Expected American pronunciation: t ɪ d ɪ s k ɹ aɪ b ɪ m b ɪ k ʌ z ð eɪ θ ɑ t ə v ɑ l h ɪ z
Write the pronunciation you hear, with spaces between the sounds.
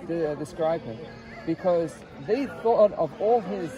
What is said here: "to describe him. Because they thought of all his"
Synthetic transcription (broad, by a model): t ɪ d ɪ s k ɹ aɪ b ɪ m b ɪ k ʌ z ð eɪ θ ɑ t ə v ɑ l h ɪ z